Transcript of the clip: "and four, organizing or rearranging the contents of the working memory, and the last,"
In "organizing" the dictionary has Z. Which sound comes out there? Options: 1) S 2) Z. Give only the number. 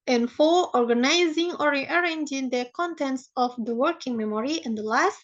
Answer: 2